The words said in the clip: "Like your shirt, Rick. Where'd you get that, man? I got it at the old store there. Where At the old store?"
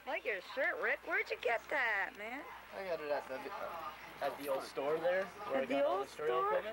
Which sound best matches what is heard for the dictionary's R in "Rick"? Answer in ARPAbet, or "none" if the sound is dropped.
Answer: R